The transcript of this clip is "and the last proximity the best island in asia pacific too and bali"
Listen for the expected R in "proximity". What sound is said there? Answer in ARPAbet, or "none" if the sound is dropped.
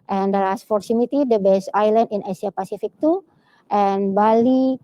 none